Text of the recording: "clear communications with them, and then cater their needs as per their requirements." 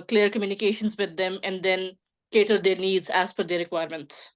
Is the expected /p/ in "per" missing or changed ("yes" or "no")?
yes